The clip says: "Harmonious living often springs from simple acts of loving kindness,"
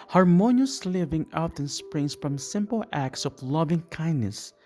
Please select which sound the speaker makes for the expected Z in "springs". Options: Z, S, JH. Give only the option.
S